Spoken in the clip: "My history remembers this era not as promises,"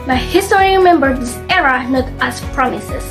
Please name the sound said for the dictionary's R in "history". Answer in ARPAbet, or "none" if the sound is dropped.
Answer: none